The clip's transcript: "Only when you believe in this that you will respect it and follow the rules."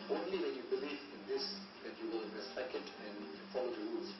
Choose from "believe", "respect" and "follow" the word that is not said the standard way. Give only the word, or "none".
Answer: respect